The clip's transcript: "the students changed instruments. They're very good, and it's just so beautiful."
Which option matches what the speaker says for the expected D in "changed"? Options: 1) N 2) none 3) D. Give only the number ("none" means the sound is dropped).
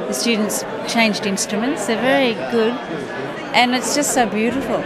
3